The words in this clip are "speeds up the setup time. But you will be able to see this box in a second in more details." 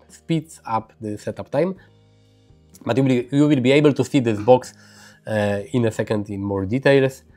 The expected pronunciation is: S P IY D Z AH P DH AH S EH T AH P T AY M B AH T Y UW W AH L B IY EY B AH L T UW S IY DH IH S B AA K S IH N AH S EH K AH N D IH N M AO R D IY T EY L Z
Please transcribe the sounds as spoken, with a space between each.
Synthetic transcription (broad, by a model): S P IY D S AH P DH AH S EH T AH P T AY M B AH T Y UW W AH L B IY EY B AH L T UW S IY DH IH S B AA K S IH N AH S EH K AH N D IH N M AO R D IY T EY L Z